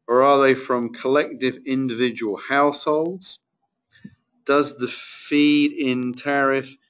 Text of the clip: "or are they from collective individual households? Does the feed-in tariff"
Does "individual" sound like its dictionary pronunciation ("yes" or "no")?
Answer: yes